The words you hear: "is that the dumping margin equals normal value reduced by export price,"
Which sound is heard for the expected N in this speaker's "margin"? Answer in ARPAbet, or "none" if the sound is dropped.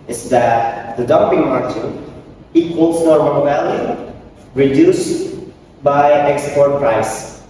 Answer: none